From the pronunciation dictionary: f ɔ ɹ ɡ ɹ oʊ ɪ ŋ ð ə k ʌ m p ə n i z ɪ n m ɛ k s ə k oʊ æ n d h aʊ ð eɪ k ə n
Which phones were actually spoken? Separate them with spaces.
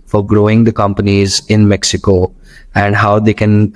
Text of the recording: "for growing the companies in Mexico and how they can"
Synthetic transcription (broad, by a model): f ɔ ɹ ɡ ɹ oʊ ɪ ŋ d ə k ʌ m p ə n i z ɪ n m ɛ k s ə k oʊ æ n d h aʊ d eɪ k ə n